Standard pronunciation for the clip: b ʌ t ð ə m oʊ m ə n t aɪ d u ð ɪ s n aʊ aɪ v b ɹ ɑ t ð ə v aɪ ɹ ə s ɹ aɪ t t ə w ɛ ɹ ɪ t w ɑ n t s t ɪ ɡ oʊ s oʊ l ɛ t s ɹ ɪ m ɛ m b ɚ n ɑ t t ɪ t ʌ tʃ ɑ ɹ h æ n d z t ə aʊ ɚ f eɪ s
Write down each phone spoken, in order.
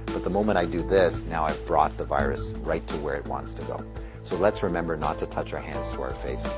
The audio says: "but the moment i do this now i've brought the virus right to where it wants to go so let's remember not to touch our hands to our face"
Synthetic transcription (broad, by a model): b ʌ t ð ə m oʊ m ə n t aɪ d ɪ ð ɪ s n aʊ aɪ v b ɹ ɑ t ð ə v aɪ ɹ ə s ɹ aɪ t t ə w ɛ ɹ ɪ t w ɑ n t s t ɪ ɡ oʊ s oʊ l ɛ t s ɹ ɪ m ɛ m b ɚ n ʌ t t ɪ t ʌ tʃ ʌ ɹ h æ n d z t ə aʊ ɚ f eɪ s